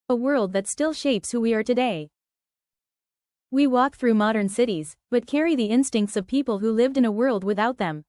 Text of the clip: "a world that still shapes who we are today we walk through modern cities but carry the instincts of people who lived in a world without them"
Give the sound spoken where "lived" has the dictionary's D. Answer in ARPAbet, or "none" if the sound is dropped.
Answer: D